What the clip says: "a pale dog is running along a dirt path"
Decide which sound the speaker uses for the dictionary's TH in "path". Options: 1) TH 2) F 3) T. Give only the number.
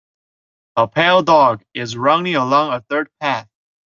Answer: 1